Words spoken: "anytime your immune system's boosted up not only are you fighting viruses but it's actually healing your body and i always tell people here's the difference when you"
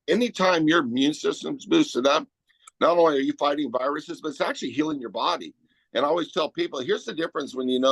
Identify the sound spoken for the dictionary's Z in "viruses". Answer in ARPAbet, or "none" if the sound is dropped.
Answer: Z